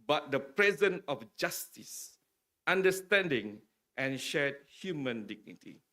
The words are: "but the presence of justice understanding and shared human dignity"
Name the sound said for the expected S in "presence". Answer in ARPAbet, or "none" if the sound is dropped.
none